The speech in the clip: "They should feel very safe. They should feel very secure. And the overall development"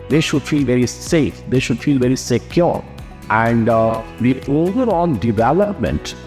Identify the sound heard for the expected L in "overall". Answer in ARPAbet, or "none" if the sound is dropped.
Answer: N